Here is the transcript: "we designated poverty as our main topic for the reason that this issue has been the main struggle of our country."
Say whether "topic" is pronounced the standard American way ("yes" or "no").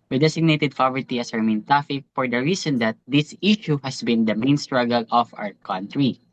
no